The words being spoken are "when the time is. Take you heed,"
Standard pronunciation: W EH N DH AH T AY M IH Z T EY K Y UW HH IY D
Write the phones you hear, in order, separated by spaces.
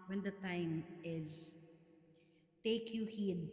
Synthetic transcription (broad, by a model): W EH N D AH T AY M IH Z T EY K Y UW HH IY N